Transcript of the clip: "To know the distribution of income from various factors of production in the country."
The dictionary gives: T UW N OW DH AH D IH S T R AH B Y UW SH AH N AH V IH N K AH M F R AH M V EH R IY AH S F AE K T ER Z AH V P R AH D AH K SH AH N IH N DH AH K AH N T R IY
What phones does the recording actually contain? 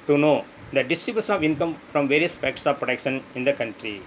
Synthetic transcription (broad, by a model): T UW N OW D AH D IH S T AH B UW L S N AH V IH N K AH M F R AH M V EH R IY AH S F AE K T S AH V P R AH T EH K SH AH N IH N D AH K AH N T R IY